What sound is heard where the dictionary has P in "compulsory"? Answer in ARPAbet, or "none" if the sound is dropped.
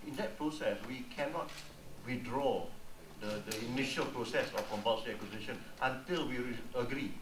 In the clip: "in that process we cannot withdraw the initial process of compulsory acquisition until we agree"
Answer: B